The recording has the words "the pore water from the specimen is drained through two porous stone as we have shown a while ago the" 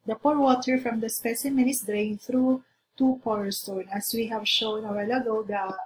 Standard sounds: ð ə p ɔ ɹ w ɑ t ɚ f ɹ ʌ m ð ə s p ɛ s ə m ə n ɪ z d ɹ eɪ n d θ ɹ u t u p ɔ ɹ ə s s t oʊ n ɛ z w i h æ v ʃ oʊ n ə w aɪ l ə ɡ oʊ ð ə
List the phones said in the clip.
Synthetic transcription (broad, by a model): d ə p ɔ ɹ w ɑ t ɚ f ɹ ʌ m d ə s p ɛ s ə m ə n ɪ s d ɹ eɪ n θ ɹ u t u p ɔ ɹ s s t oʊ n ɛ s w i h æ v ʃ oʊ n ə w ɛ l ə ɡ oʊ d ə